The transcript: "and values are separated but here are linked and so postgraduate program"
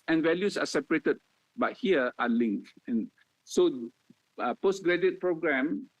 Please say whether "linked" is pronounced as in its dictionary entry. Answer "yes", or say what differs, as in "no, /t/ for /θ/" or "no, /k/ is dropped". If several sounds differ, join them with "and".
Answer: no, /t/ is dropped